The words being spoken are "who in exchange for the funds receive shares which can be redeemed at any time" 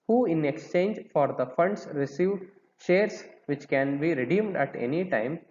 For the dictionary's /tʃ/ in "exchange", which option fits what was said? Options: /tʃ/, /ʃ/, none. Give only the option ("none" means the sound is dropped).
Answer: /tʃ/